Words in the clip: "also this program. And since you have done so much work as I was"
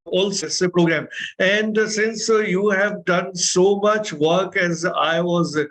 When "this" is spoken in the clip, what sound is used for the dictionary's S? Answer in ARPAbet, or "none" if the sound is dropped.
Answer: none